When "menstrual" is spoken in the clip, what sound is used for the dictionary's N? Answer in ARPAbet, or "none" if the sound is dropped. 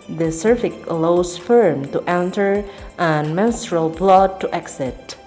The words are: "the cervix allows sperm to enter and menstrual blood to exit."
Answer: N